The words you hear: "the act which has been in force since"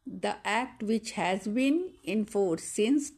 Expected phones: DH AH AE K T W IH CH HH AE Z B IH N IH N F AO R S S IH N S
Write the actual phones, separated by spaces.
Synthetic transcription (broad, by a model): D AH AE K T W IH CH HH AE Z B IH N IH N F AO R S S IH N S